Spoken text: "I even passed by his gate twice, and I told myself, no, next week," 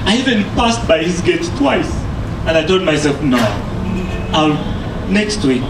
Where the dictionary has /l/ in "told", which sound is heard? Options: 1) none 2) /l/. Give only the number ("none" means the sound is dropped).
1